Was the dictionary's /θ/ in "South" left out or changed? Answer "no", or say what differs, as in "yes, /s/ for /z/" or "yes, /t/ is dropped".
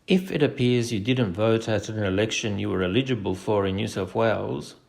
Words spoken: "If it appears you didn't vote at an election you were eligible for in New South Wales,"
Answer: yes, /f/ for /θ/